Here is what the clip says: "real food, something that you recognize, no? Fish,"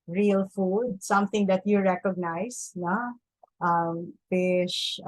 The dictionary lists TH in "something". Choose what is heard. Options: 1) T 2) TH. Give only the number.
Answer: 1